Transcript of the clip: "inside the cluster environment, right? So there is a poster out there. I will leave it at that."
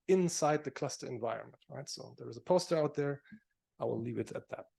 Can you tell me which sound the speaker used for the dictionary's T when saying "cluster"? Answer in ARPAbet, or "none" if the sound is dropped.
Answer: T